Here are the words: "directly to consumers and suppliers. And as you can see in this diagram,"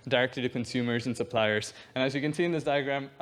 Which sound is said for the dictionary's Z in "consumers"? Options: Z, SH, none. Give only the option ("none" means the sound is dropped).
Z